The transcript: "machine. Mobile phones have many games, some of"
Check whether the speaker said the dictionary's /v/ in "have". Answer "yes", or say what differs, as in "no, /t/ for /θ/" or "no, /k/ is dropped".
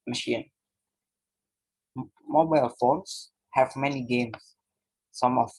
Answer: yes